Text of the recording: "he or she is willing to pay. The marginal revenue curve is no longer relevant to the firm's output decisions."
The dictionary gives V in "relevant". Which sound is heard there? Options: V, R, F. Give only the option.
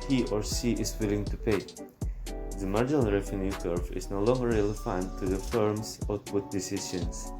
F